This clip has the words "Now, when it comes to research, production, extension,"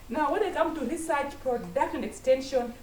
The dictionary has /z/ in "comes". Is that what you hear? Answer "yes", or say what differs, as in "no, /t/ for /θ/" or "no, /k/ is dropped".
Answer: no, /z/ is dropped